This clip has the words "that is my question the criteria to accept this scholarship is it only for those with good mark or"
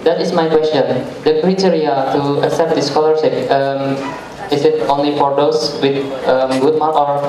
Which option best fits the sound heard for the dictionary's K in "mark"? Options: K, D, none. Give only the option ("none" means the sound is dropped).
none